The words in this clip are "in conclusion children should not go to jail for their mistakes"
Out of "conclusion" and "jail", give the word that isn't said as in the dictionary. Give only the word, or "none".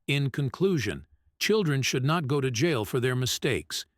none